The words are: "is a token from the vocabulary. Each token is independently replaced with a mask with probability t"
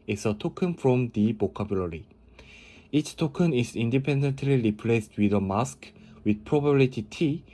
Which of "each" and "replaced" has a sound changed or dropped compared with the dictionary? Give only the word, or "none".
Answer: none